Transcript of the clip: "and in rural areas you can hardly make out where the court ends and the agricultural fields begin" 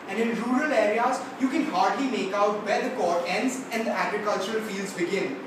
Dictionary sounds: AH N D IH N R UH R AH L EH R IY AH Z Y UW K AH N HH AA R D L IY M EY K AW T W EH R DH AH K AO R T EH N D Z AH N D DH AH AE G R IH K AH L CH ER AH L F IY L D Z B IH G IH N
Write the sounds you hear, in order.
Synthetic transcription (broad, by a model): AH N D IH N R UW R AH L EH R IY AH Z Y UW K AH N HH AA R D L IY M EY K AW T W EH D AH K AO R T EH N D Z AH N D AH AE G R IH K AH L CH ER AH L F IY L D Z B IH G IH N